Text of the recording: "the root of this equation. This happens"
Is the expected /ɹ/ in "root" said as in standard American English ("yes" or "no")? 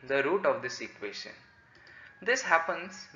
yes